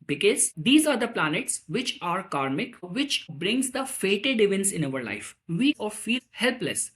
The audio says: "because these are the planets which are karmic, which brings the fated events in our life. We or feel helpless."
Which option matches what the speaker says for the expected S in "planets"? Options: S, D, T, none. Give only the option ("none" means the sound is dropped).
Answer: S